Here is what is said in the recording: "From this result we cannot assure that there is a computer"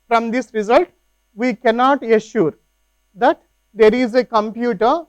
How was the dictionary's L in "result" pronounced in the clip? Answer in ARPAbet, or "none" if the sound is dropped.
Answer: L